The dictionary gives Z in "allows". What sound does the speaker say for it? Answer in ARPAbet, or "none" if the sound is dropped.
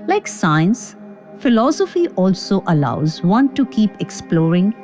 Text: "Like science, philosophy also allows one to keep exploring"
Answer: Z